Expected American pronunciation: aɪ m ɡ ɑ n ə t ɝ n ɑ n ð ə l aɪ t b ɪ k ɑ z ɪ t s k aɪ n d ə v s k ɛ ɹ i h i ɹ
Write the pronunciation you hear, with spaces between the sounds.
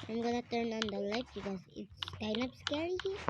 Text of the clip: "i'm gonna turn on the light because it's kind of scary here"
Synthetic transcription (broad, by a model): aɪ m ɡ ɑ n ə t ɝ n ɑ n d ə l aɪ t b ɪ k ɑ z ɪ t s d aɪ n ə p s k ɛ ɹ i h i